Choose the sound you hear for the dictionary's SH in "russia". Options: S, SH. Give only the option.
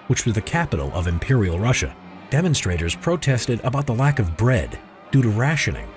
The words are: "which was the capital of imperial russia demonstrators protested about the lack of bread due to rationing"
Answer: SH